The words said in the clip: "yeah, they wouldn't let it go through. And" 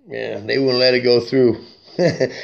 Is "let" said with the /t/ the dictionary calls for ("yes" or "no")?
yes